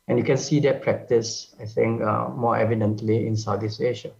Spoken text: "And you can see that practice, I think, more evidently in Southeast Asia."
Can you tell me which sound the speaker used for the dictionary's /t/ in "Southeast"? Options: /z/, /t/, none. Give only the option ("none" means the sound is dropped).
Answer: none